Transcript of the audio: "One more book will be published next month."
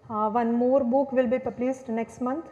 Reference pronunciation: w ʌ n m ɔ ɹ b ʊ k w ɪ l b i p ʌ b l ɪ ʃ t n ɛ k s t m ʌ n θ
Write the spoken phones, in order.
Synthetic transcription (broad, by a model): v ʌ n m ɔ ɹ b ʊ k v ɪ l b i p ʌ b l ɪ s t n ɛ k s t m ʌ n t